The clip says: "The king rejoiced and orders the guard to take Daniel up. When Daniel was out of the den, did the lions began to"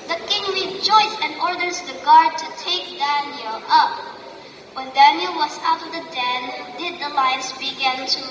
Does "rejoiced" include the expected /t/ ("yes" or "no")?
no